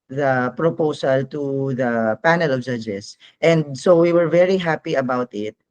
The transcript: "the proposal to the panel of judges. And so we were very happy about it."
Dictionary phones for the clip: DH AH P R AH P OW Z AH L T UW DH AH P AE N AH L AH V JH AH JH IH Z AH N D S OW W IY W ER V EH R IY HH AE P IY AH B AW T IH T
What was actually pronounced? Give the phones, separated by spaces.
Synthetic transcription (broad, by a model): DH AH P R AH P OW S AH L T UW DH AH P AE N AH L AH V JH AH JH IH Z AH N D S OW W IY W ER V EH R IY HH AE P IY AH B AW T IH T